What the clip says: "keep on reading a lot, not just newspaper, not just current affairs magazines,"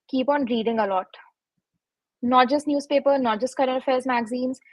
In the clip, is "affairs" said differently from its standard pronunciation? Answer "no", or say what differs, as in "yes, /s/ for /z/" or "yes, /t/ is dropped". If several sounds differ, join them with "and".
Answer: no